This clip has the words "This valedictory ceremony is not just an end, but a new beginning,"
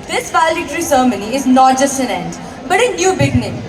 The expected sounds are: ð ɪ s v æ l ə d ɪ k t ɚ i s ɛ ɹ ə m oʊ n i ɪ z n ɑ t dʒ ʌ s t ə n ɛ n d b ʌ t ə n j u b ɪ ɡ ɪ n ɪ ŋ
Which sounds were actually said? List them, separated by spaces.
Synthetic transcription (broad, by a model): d ɪ s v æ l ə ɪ t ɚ i s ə m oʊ n i ɪ z n ɑ t dʒ ʌ s t ə n ɛ n d b ʌ t ə n j u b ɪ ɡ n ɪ